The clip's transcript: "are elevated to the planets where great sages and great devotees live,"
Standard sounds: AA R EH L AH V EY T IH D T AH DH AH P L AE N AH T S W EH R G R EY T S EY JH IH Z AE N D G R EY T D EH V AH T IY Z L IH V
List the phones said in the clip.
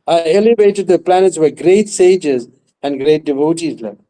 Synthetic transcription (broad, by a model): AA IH EH L AH V EY T IH D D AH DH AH P L AE N AH T S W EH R G R EY T S EY JH IH Z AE N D G R EY T D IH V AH T IY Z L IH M